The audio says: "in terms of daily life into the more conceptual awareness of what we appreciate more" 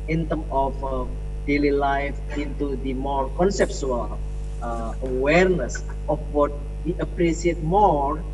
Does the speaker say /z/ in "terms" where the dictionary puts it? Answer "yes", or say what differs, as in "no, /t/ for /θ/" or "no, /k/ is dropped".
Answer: no, /z/ is dropped